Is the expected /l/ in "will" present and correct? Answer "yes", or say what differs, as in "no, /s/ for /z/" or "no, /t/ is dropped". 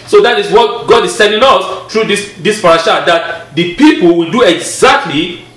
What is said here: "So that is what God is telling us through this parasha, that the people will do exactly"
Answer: yes